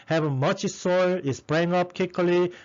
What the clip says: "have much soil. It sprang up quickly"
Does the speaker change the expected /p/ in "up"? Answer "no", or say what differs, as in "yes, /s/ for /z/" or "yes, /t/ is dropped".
no